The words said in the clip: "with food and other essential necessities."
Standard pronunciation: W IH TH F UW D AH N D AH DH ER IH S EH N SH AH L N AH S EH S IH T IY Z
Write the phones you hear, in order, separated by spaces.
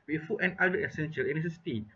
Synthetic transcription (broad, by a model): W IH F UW AH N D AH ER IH S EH N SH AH L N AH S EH S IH T IY